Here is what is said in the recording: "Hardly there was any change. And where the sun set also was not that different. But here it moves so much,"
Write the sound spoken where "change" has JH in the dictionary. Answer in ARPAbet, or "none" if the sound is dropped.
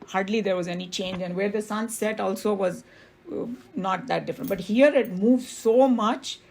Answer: JH